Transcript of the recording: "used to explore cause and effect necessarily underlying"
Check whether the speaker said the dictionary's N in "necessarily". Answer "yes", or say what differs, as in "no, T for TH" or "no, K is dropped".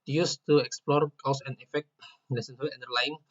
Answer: no, L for N